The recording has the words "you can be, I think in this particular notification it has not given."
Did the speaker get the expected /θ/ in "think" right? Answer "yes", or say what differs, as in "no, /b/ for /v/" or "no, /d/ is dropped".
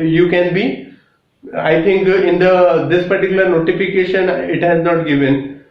no, /t/ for /θ/